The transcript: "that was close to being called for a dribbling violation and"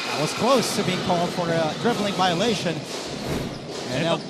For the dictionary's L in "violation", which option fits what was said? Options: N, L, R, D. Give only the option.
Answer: L